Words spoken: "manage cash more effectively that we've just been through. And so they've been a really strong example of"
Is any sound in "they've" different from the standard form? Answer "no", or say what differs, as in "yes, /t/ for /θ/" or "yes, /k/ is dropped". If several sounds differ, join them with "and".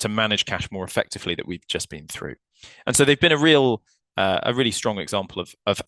no